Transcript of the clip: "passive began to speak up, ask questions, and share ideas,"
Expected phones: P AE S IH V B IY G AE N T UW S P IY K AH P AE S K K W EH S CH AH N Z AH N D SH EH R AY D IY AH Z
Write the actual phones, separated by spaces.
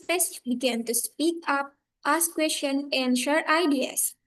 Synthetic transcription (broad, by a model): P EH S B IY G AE N T UW S P IY K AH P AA S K K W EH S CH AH N AH N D SH EH R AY D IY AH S